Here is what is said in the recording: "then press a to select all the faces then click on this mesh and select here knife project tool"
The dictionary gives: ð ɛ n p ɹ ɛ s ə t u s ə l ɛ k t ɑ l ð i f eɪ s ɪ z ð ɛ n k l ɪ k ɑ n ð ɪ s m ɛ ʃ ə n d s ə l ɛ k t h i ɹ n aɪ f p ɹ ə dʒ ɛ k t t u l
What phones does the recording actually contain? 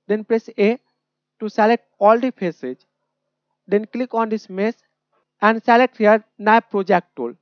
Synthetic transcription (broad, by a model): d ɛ n p ɹ ɛ s ə t u s ə l ɛ k t ɑ l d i p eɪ s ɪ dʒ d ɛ n k l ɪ k ɑ n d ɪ s m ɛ s ə n d s ə l ɛ k t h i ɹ n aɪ p ɹ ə dʒ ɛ k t t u l